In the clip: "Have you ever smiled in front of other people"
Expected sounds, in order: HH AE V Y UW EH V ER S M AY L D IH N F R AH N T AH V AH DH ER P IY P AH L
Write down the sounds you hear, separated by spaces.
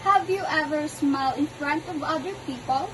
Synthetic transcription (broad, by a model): HH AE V Y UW EH V ER S M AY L IH N F R AH N T AH V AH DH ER P IY P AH L